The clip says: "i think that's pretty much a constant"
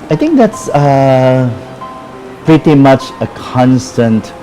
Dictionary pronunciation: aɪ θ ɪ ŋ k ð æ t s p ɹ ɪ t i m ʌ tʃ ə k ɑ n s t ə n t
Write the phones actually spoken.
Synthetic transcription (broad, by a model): aɪ t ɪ ŋ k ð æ t s p ɹ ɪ t i m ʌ tʃ ə k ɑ n s t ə n t